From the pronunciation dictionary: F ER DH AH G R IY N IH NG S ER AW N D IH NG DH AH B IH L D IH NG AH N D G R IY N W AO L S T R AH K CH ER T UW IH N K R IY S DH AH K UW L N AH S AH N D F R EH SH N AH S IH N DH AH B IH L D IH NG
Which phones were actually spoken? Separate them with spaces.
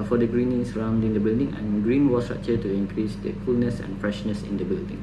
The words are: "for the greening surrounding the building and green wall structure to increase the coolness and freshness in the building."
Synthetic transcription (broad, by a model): F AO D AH G R IY N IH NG S ER AW N D IH NG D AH B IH L D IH NG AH N G R IY N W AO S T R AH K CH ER T UW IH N K R IY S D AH K UW L N AH S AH N F R EH SH N AH S IH N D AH B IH L D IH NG